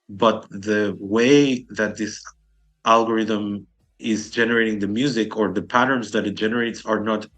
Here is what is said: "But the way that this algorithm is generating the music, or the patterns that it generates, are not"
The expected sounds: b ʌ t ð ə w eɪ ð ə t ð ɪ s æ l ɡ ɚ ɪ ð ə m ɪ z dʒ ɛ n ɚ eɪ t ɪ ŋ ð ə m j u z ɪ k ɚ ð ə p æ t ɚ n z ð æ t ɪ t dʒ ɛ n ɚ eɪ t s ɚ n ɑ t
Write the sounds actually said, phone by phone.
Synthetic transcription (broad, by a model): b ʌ t ð ə w eɪ ð ə t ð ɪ s æ l ɡ ɚ ɪ ð ə m ɪ z dʒ ɛ n ɚ eɪ t ɪ ŋ ð ə m j u z ɪ k ɚ ð ə p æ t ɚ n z ð æ t ɪ t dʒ ɛ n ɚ eɪ t s ɚ n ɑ t